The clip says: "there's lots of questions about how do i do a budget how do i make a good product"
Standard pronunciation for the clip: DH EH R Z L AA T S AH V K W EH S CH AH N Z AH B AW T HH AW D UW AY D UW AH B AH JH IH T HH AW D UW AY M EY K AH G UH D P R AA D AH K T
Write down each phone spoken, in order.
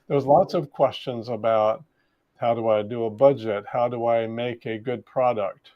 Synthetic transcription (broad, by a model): DH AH R Z L AA T S AH V K W EH S CH AH N Z AH B AW T HH AW D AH AY D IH AH B AH JH IH T HH AW D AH AY M EY K AH G UH D P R AA D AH K T